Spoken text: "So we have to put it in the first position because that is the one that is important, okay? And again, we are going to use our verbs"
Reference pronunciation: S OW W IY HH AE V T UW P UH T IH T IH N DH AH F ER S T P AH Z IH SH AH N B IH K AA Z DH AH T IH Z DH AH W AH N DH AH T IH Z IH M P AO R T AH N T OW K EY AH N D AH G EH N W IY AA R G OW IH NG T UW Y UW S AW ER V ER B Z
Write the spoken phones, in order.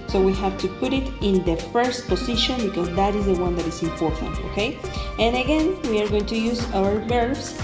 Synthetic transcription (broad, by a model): S OW W IY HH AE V T UW P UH T IH T IH N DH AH F ER S T P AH S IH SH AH N B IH K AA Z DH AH T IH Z DH AH W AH N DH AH T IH S IH M P AO R T AH N T OW K EY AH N AH G EH N W IY AA R G OW IH NG T UW Y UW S AW ER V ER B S